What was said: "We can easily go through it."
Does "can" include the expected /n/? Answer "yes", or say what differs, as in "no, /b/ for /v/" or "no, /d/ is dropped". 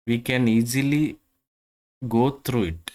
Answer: yes